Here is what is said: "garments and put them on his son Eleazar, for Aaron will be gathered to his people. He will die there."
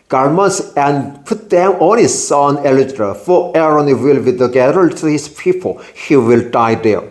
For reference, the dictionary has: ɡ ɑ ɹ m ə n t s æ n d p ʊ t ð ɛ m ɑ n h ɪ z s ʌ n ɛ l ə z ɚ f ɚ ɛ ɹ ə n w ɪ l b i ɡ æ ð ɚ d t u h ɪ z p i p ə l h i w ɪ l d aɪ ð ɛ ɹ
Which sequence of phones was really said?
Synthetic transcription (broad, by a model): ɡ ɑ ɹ m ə n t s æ n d p ʊ t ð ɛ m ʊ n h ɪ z s ʌ n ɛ l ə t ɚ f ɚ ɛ ɹ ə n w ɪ l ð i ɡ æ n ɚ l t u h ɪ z p i p ə l h i w ɪ l d aɪ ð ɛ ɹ